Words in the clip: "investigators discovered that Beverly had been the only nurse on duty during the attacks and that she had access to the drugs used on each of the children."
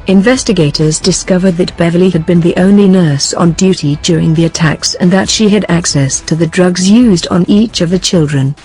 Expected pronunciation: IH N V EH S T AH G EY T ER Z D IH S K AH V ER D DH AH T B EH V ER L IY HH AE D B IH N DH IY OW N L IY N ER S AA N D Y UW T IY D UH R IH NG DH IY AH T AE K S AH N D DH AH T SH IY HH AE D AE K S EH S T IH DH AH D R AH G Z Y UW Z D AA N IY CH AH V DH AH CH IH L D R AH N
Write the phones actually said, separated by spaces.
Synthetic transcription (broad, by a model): IH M V EH S T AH G EY T ER Z D IH S K AH V ER D DH AH T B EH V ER L IY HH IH D B IH N DH IY OW N L IY N ER S N D Y UW T IY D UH R IH NG DH IY AH T AE K S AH N DH AH T SH IY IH D AE K S EH S T IH DH AH D R AH G Z Y UW Z D N IY CH AH V DH AH CH IH L D R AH N